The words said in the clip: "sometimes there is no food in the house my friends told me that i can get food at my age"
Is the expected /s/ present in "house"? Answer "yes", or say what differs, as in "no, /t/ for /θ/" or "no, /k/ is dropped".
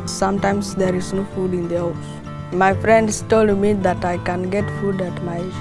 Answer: no, /s/ is dropped